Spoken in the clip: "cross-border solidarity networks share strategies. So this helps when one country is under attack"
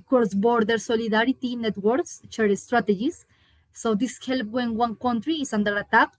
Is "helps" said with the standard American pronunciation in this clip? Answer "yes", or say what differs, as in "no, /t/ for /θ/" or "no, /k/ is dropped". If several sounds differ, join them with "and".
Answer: no, /s/ is dropped